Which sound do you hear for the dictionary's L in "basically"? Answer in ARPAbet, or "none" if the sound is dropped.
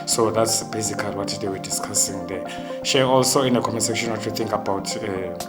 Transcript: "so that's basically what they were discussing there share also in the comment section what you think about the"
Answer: none